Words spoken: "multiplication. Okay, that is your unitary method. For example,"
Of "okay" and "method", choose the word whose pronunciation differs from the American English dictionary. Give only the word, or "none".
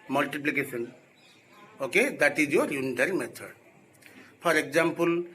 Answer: method